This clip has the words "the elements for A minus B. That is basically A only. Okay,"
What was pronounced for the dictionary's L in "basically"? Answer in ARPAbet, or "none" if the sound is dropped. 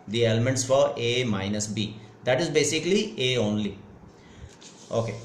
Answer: L